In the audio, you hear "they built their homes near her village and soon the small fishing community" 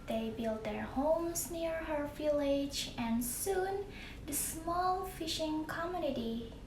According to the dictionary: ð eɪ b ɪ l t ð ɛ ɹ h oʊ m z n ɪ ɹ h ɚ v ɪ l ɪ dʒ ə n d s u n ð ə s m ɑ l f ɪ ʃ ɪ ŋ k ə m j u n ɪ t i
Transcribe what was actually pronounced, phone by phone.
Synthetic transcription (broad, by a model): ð eɪ b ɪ l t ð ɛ ɹ h oʊ m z n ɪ ɹ h ɚ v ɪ l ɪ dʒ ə n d s u n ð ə s m ɑ l f ɪ ʃ ɪ ŋ k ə m j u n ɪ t i